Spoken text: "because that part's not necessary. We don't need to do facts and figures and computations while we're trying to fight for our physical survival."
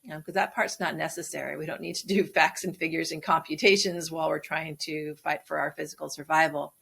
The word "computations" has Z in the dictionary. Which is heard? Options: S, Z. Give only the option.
Z